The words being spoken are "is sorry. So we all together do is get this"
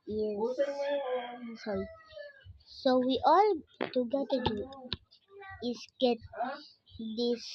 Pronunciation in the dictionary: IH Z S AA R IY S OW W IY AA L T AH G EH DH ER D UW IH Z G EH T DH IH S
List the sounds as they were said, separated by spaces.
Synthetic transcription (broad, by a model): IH S AA R IY S OW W IY AA L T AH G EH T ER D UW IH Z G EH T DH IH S